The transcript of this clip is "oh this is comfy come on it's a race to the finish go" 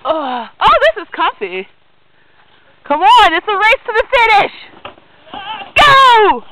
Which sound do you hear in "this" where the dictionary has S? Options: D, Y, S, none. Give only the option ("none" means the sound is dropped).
S